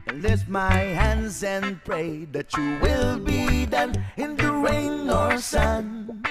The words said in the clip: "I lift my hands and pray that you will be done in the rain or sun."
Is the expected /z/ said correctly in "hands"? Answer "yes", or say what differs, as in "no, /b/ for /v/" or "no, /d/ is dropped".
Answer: yes